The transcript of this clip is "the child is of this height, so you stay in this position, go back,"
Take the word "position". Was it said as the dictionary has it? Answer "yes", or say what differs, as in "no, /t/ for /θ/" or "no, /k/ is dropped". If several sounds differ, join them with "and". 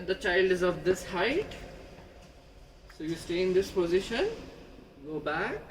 yes